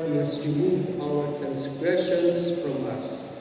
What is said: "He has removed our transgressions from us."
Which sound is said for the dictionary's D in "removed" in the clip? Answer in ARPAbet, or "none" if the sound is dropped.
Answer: none